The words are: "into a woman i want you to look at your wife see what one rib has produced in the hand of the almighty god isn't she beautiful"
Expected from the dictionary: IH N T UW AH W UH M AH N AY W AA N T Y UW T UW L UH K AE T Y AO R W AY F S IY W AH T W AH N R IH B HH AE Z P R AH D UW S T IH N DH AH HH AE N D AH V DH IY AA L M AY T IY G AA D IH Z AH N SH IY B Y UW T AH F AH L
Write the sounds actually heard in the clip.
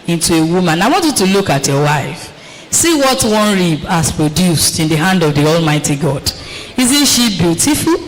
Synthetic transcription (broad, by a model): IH N T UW AH W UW M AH N AY W AA N T Y UW T UW L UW K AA T Y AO W AY F S IY W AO T W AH N R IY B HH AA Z P R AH D UW S T IH N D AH HH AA N D AH V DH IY AA L M AY T IY G AA D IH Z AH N SH IY B Y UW T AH F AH L